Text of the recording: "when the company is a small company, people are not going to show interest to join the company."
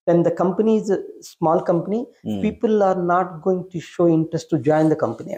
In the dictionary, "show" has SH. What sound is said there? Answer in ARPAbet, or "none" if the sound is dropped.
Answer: SH